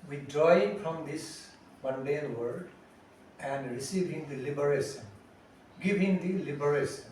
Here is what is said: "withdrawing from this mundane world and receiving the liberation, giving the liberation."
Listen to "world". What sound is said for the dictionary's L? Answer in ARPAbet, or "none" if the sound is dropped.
none